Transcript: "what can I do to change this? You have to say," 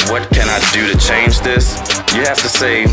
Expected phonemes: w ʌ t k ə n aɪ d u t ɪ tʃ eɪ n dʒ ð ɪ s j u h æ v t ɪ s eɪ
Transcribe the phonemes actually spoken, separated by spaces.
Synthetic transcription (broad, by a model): w ʌ t k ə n aɪ d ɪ t ɪ tʃ eɪ n dʒ ð ɪ s j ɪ h æ f t ɪ s eɪ